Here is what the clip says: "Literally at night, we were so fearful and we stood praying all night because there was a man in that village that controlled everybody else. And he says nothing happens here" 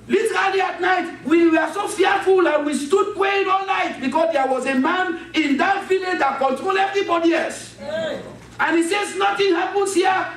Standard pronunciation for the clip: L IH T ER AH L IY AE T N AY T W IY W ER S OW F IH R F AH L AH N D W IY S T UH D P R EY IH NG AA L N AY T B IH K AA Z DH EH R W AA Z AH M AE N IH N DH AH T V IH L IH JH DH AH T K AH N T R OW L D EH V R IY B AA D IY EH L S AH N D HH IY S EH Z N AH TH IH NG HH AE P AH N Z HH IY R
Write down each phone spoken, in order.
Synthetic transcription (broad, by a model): L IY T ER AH L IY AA T N AY T W IY W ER S OW F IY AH F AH L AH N W IY S T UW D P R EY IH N AA L L AY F B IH K AA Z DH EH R W AA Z AH M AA N IH N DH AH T V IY L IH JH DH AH T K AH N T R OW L EH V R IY B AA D IY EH S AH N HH IY S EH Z N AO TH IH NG HH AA P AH N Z HH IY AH